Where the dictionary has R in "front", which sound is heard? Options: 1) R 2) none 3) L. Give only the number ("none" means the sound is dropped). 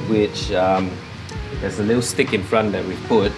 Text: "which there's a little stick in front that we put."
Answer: 1